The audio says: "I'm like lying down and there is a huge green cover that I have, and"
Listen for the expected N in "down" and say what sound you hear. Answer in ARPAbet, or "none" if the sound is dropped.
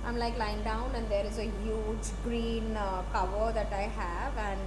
N